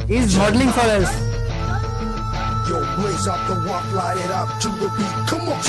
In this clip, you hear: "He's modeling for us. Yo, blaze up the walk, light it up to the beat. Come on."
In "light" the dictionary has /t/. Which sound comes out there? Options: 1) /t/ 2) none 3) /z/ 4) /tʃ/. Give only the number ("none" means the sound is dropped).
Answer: 2